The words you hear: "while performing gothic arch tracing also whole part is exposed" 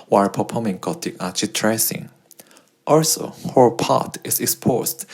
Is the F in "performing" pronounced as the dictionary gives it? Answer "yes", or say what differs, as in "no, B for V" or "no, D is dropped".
no, P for F